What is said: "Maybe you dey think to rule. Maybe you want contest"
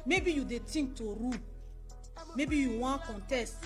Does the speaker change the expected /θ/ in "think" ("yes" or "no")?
yes